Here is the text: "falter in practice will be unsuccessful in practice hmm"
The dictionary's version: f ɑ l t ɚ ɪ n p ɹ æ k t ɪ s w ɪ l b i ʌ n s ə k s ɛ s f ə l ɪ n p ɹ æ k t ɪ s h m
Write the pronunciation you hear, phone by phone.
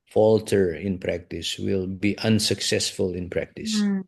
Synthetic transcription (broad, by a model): f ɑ l t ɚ ɪ n p ɹ æ k t ɪ s w ɪ l b i ʌ n s ə k s ɛ s f ə l ɪ n p ɹ æ k t ɪ s